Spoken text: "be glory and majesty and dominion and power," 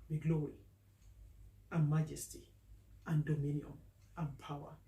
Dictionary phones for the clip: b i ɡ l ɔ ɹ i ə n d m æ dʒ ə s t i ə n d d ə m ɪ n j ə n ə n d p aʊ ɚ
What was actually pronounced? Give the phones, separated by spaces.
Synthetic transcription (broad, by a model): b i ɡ l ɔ l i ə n m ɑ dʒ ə s t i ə n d d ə m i n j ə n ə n p aʊ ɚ